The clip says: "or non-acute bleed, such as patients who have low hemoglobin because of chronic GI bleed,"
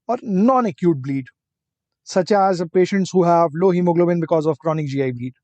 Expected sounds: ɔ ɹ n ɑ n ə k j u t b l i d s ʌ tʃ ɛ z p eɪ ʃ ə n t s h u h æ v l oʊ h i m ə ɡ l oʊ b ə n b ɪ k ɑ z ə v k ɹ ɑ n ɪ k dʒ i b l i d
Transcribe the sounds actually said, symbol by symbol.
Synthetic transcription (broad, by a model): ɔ ɹ n ɑ n ə k j u t b l i d s ʌ tʃ ɛ z p eɪ ʃ ə n t s h u h æ v l oʊ h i m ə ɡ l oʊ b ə n b ɪ k ɑ z ə v k ɹ ɑ n ɪ k dʒ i b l i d